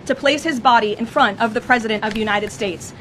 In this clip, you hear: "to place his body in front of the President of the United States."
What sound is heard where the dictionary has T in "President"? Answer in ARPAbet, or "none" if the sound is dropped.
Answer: T